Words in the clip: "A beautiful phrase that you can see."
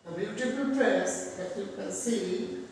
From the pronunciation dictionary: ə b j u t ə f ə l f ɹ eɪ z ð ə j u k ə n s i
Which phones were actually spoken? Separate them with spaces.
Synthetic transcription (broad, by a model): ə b j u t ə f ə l p ɹ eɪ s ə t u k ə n s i